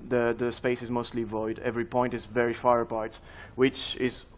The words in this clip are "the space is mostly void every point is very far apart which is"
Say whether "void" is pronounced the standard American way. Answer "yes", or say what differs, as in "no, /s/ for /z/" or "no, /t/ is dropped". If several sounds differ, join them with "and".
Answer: yes